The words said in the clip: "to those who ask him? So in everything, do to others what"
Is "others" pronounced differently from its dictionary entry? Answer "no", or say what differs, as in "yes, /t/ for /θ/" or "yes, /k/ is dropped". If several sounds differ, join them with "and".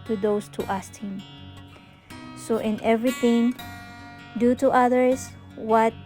yes, /s/ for /z/